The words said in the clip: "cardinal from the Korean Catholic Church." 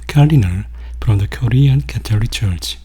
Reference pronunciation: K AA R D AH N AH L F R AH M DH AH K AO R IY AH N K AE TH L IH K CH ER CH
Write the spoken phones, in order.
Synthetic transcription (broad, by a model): K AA R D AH N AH L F R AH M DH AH K AO R IY AH N K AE T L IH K CH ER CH